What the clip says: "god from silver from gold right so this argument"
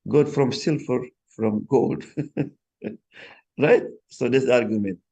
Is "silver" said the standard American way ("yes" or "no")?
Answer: no